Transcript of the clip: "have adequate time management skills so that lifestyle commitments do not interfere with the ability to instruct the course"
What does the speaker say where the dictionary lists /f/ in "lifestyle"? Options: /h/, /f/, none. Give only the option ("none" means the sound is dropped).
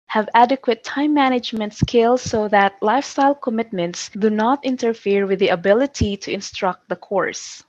/f/